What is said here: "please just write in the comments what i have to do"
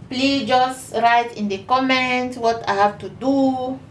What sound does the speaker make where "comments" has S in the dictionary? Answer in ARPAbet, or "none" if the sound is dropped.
none